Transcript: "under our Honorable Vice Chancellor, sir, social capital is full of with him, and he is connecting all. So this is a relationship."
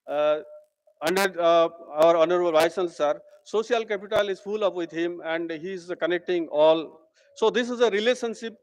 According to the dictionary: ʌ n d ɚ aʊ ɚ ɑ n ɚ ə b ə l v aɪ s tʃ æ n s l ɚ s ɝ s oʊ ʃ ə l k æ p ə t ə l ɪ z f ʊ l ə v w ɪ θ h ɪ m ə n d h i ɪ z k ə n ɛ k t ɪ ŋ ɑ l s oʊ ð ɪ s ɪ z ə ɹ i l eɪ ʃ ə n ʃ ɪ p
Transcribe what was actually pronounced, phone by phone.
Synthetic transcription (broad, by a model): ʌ n d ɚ aʊ ɚ ɑ n ɚ ə b ə l v aɪ s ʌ l s ɚ s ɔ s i ə l k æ p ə t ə l ɪ z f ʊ l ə p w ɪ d h ɪ m ə n d h i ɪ z k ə n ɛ k t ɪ ŋ ɑ l s oʊ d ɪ s ɪ z ə ɹ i l eɪ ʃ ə n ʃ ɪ p